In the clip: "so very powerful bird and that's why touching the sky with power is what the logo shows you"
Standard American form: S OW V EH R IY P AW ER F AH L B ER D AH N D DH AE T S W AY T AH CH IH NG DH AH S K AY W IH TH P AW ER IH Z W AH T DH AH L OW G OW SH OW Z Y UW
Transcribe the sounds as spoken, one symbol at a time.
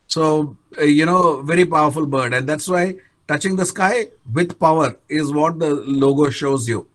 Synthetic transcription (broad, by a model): S OW V EH R IY P AW ER F AH L B ER D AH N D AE T S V AY T AH CH IH NG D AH S K AY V IH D P AW ER IH Z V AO T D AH L OW G OW SH OW Z Y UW